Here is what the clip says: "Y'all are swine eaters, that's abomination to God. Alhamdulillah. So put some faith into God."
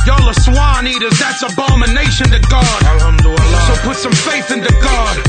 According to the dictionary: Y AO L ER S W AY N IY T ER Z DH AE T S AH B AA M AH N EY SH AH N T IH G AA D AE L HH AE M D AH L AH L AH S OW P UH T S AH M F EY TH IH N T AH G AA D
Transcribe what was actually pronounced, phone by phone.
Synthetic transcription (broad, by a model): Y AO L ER S W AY N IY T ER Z DH AE T S AH B AA M AH N EY SH AH N T IH G AA D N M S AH AH P UH T S AH M F EY TH IH N T AH G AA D